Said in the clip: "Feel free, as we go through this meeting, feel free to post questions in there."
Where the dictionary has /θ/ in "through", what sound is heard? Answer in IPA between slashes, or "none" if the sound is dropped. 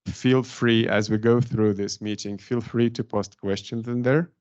/θ/